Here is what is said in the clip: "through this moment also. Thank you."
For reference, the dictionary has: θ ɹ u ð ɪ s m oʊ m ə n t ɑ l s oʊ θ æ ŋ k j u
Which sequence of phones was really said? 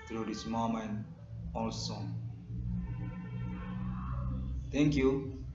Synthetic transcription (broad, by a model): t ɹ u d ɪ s m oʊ m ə n ɑ l s oʊ t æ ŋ k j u